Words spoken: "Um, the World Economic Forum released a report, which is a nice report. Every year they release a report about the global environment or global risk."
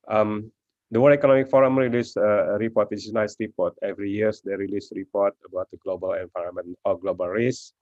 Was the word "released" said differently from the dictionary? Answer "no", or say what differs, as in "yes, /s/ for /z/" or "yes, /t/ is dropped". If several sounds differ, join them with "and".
yes, /t/ is dropped